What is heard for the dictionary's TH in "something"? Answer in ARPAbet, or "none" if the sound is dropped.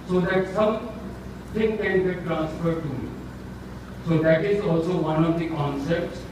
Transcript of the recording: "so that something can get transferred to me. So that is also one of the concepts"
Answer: T